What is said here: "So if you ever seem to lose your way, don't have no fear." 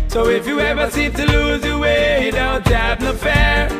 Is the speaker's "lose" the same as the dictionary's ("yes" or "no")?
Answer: yes